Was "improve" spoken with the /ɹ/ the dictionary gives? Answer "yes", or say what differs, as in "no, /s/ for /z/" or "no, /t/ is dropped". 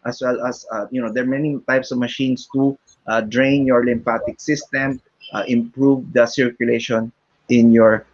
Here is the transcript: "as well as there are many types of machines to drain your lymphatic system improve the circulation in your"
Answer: yes